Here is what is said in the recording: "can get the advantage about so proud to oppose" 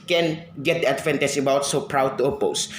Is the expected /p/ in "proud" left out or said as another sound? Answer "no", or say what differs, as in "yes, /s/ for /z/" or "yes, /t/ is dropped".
no